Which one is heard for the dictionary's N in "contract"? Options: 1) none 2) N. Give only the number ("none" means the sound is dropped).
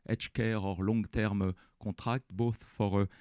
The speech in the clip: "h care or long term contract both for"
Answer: 1